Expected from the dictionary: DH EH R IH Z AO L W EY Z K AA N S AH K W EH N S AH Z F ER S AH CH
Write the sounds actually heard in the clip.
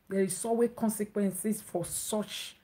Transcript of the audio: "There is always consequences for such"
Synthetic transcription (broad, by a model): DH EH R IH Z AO W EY K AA N S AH K W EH N S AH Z F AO S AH CH